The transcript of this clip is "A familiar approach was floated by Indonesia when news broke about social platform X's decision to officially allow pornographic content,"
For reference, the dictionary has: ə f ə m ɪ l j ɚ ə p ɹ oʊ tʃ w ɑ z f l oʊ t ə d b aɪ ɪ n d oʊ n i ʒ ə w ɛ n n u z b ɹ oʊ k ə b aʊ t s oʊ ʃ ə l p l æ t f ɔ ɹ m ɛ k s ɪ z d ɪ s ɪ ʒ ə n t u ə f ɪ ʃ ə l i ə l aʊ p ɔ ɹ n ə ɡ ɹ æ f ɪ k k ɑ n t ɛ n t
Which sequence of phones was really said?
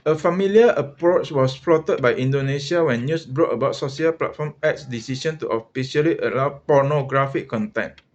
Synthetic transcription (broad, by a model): ə f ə m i l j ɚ ə p ɹ oʊ tʃ w ɑ s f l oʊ t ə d b aɪ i n d oʊ n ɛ s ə w ɛ n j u s b ɹ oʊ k ə b aʊ t s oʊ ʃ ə l p l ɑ t f ɔ m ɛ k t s d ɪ s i ʃ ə n t u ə f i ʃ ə l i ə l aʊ p ɔ n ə ɡ ɹ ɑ f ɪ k k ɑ n t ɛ n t